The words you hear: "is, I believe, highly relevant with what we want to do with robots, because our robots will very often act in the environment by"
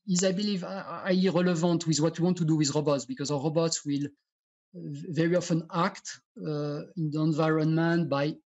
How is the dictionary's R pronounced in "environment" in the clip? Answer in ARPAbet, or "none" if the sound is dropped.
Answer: R